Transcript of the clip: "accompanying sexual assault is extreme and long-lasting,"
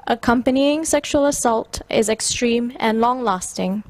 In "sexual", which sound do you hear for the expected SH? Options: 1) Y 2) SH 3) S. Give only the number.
2